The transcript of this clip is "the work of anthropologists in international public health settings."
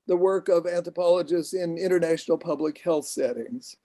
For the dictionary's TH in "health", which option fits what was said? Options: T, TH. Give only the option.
TH